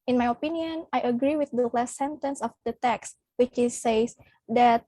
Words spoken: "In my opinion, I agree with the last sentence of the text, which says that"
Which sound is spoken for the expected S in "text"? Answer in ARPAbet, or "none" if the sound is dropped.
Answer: S